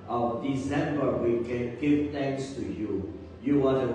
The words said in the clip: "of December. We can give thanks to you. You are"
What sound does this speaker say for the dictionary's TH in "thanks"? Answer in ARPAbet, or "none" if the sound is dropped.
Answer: T